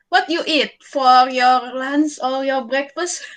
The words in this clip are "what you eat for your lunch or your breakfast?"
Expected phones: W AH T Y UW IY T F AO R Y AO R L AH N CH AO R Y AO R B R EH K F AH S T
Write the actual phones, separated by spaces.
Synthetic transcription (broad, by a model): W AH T Y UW IY T F AO R Y AO R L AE N S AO L Y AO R B R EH K F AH S T